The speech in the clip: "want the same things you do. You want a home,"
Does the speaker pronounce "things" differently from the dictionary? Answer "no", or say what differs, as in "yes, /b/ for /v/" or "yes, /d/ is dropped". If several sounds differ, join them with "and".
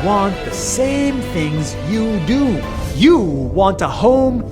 no